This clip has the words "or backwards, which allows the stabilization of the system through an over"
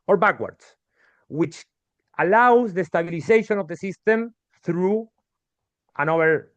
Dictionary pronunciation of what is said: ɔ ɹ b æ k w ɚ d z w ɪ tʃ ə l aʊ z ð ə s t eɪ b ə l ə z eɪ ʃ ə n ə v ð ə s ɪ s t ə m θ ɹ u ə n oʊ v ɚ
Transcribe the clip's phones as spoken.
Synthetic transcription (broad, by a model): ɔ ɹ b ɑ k w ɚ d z w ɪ tʃ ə l aʊ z ð ə s t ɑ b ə l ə s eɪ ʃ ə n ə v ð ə s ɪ s t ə m θ ɹ u ə n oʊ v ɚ